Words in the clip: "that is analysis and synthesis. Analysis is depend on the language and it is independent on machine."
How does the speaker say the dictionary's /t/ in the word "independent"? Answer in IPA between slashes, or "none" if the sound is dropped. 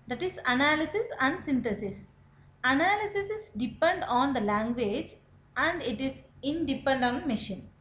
none